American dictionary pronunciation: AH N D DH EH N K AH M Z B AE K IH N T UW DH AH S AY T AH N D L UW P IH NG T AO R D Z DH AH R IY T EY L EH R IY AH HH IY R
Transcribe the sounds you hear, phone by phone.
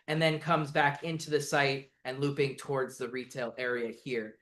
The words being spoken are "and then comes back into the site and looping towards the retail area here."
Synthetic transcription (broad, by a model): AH N DH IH N K AH M Z B AE K IH N T UW DH AH S AY T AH N L UW P IH NG T AO R D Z DH AH R IY T EY L EH R IY AH HH IY R